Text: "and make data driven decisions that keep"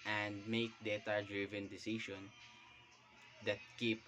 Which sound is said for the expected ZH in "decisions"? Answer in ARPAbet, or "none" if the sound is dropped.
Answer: SH